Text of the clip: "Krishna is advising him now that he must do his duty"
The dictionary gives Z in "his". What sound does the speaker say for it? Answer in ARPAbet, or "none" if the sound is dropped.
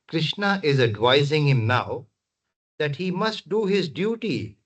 Z